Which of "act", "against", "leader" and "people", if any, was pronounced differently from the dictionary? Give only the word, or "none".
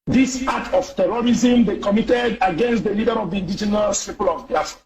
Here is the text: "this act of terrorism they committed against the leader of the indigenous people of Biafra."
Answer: act